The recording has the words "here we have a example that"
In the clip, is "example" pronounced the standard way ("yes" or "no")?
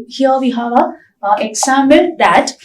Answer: no